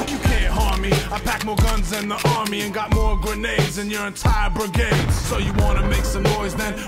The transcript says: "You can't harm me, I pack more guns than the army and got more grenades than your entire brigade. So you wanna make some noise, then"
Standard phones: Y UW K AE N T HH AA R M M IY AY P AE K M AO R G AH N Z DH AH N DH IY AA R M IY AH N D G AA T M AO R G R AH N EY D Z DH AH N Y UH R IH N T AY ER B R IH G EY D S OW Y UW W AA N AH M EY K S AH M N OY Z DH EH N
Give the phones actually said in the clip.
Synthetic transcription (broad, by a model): Y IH K AE N T HH AA R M M IY AY P AE K M AO R G AH N Z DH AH N DH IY AA R M IY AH N G AA T M AO R G R AH N EY D Z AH N Y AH R IH N T AY ER B R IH G EY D S OW Y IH W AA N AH M EY K S AH M N OY Z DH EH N